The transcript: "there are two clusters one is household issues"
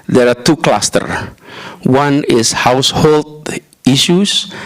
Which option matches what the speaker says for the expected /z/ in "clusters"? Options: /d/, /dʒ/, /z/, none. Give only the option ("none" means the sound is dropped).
none